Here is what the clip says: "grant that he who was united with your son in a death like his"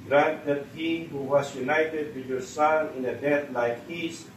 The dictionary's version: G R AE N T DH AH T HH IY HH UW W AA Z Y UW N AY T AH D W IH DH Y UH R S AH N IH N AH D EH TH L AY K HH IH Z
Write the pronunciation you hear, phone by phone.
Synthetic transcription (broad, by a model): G R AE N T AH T HH IY HH UW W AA S Y UW N AY T AH D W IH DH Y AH S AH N IH N AH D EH T L AY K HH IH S